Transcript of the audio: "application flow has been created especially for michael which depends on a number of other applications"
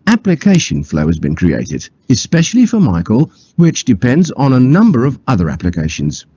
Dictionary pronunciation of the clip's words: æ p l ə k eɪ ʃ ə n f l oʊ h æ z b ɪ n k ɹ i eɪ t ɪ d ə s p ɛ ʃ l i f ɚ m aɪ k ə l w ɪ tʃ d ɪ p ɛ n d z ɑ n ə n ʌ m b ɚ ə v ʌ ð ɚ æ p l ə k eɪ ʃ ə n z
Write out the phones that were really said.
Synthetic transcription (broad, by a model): æ p l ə k eɪ ʃ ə n f l oʊ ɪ z b ɪ n k ɹ i eɪ t ɪ d ə s p ɛ ʃ l i f ɚ m aɪ k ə l w ɪ tʃ d ɪ p ɛ n d z n ə n ʌ m b ɚ ə v ʌ ð ɚ æ p l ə k eɪ ʃ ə n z